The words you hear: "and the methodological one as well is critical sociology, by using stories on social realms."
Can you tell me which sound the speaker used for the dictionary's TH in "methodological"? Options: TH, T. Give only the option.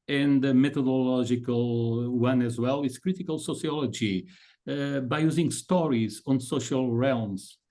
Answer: T